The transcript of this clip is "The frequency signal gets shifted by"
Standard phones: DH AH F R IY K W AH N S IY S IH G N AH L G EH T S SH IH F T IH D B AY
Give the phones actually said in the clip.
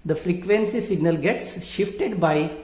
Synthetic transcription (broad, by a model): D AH F R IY K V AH N S IY S IH G N AH L G EH T S SH IH F T IH D B AY